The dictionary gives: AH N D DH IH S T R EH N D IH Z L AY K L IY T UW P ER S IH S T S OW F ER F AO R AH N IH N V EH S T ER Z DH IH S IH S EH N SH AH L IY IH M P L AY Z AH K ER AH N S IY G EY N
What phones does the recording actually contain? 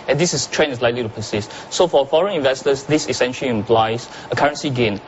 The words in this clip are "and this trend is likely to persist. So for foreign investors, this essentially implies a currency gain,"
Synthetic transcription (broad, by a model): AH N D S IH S T R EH N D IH S L AY K L IY T UW P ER S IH S T S OW F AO F AO R AH N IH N V EH S T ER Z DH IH S IH S EH N SH AH L IY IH M P L AY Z AH K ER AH N S IY G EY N